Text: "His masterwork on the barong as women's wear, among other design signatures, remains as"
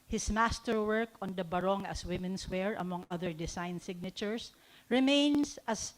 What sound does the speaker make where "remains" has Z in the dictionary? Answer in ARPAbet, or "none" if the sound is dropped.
S